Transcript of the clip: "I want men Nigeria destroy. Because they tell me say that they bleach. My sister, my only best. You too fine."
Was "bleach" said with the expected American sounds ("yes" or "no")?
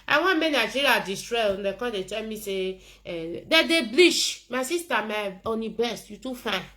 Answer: no